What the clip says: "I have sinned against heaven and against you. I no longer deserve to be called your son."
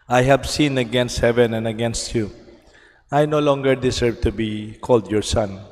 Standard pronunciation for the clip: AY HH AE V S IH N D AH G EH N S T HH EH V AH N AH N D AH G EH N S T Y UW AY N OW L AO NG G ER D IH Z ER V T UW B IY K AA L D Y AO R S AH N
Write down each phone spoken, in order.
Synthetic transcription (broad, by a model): AY HH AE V S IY N AH G EH N S T HH EH V AH N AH N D AH G EH N S T Y UW AY N OW L AO NG G ER D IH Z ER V T UW B IY K AA L D Y AO R S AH N